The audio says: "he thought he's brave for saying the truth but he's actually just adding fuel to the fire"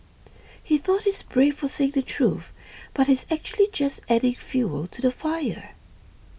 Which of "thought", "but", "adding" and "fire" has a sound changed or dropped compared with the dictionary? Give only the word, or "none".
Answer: none